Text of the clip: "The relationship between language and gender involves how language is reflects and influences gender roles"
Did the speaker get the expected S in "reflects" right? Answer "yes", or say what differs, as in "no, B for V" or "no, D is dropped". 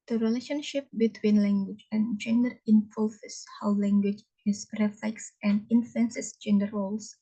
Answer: yes